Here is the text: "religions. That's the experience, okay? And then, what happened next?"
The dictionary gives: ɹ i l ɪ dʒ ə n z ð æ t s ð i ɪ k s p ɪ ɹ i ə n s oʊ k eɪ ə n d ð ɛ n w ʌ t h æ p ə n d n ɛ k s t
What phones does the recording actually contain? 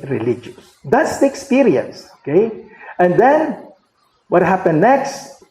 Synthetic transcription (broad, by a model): ɹ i l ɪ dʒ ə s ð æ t s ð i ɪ k s p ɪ ɹ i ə n s oʊ k eɪ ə n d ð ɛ n w ʌ t h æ p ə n n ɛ k s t